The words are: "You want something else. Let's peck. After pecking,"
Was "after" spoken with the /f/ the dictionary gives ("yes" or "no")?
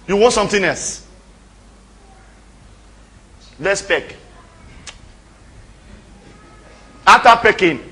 no